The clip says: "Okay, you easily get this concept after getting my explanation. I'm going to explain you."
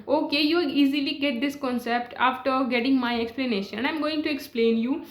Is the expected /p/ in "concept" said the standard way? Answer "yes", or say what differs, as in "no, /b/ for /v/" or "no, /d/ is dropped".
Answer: yes